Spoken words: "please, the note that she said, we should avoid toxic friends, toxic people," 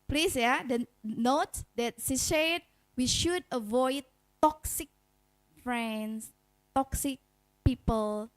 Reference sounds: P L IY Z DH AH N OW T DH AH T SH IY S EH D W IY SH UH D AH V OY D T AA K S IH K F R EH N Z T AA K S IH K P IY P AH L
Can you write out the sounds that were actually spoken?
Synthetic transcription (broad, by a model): P L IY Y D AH N OW T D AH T S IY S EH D W IY SH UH D AH V OY D T AA K S IH K F R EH N S T AA K S IH K P IY P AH L